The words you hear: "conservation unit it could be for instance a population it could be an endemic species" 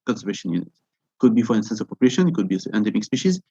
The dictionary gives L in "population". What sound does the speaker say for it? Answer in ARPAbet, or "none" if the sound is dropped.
none